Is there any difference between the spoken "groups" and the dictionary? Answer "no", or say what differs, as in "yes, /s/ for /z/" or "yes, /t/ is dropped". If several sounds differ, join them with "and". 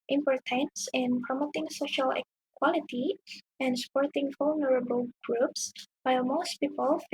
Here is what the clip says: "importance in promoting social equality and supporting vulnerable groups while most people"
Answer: no